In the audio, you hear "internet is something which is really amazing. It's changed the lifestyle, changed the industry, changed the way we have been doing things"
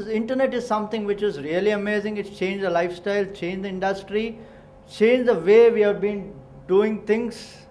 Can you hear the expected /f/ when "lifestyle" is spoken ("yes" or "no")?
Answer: yes